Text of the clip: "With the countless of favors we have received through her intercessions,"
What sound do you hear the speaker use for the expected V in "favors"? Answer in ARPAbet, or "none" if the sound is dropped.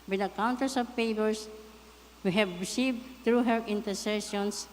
P